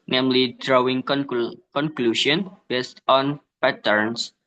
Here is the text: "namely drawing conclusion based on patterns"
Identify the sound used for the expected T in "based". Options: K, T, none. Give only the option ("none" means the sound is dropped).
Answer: T